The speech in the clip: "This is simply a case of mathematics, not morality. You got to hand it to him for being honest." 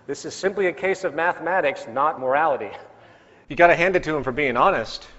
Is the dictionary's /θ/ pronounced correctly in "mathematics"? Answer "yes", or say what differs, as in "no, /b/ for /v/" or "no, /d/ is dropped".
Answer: yes